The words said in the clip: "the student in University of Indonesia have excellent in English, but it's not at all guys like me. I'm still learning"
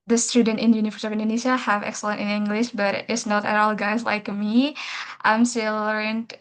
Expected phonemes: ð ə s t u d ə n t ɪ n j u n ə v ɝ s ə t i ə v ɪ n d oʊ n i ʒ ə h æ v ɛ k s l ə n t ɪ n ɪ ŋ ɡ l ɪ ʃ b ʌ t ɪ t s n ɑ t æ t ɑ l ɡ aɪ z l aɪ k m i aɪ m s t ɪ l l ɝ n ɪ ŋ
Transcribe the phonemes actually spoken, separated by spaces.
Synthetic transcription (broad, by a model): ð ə s t u d ə n t ɪ n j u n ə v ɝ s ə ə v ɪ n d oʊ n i ʃ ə h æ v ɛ k s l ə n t ɪ n ɪ ŋ ɡ l ɪ ʃ b ʌ t ɪ t s n ɑ t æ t ɑ l ɡ aɪ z l aɪ k m i aɪ m s t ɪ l l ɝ n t